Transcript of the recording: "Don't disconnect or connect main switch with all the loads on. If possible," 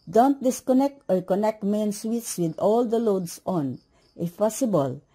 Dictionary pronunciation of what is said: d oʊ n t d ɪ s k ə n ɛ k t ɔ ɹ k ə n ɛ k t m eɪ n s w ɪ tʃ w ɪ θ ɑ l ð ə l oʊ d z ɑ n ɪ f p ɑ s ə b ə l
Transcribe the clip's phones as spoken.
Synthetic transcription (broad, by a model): d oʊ n t d ɪ s k ə n ɛ k t ɔ ɹ k ə n ɛ k t m eɪ n s w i s w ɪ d ɑ l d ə l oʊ d s ɑ n ɪ f p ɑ s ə b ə l